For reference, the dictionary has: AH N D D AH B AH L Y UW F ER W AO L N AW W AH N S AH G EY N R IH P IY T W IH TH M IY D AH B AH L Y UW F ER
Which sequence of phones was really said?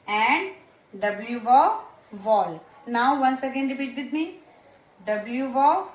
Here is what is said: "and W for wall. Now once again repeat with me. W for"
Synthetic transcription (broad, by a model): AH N D D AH B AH L Y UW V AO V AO L N AW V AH N S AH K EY N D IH B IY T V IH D M IY D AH B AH L Y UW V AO